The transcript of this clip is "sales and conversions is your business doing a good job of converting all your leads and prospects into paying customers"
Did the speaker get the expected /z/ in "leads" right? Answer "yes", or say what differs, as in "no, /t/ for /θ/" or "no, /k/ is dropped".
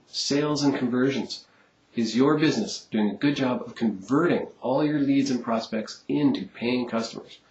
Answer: yes